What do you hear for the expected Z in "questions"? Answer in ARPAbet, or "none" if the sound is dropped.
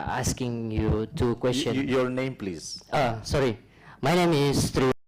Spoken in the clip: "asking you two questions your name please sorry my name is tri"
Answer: none